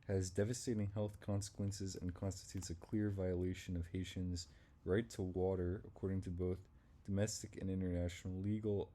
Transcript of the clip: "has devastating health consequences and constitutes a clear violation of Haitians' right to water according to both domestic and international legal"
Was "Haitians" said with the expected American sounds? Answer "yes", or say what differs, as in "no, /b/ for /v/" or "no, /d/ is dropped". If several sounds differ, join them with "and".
yes